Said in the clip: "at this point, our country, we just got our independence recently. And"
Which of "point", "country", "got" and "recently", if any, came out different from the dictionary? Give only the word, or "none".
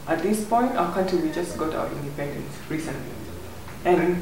country